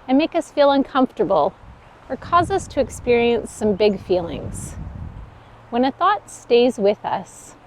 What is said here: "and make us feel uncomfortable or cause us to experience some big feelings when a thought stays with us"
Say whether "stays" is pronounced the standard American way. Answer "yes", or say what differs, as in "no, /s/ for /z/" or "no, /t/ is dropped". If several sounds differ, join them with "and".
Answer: yes